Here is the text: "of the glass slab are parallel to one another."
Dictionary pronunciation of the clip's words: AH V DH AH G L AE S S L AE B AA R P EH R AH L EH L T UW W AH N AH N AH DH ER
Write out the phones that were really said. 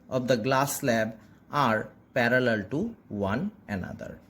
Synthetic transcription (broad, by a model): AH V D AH G L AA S S L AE B AA R P EH R AH L EH L T UW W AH N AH N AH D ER